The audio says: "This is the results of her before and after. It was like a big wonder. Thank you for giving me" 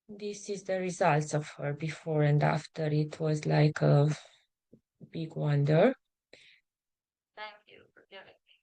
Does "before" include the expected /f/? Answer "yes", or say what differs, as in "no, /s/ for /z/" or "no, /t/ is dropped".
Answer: yes